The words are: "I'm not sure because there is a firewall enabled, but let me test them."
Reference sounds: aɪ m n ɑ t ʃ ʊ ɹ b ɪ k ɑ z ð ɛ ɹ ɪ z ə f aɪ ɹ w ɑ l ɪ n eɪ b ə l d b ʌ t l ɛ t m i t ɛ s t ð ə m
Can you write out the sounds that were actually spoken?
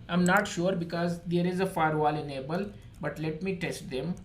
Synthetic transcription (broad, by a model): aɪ m n ɑ t ʃ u ɹ b ɪ k ɑ z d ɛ ɹ ɪ z ə f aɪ ɹ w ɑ l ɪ n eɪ b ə l b ʌ t l ɛ t m i t ɛ s t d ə m